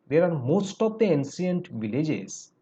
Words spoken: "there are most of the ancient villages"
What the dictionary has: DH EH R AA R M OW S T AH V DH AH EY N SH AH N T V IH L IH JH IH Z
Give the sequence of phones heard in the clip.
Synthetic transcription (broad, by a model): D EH R AA R M OW S T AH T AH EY N S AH N T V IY L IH JH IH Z